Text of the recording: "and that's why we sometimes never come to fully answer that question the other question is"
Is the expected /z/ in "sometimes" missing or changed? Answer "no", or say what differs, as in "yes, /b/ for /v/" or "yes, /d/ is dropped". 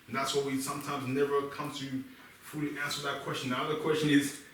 no